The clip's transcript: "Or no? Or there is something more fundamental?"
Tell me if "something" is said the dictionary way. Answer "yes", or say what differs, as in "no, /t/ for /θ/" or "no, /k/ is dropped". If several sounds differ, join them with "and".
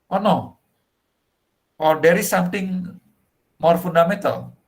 no, /t/ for /θ/